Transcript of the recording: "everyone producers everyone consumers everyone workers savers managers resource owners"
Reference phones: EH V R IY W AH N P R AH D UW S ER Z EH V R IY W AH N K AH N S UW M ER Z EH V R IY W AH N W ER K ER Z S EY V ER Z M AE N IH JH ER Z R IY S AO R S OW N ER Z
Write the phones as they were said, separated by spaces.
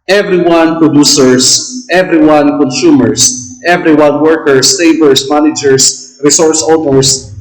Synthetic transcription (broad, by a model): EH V R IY W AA N P R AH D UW S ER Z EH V R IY W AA N K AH N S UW M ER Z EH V R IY W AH N W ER K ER S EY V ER S M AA N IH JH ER S R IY S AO R S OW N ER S